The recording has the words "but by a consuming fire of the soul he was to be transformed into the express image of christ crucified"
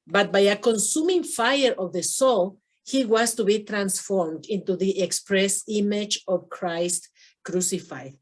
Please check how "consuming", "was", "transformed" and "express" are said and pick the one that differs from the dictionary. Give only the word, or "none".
was